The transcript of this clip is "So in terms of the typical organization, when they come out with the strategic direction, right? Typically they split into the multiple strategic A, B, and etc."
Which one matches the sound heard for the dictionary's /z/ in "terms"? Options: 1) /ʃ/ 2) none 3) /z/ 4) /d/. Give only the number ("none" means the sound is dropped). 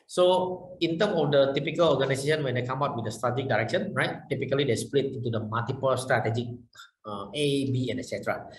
2